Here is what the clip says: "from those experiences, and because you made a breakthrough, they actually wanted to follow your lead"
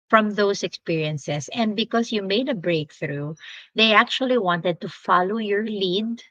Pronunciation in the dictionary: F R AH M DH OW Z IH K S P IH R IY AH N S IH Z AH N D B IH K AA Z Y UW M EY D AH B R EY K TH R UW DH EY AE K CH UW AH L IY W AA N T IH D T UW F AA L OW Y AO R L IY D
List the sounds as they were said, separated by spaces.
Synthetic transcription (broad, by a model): F R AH M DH OW S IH K S P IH R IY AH N S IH S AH N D B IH K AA S Y UW M EY D AH B R EY K TH R UW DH EY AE K CH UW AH L IY W AA N T IH D T UW F AA L OW Y AO R L IY D